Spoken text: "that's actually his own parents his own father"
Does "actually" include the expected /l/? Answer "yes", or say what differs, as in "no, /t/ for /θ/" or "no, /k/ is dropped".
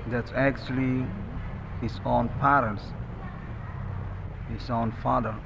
yes